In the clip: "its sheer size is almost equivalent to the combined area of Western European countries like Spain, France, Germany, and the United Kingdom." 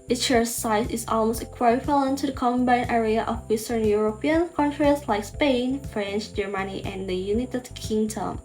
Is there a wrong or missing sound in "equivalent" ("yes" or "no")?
yes